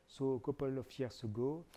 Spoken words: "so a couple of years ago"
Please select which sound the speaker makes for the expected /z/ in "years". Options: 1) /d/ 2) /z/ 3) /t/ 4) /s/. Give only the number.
4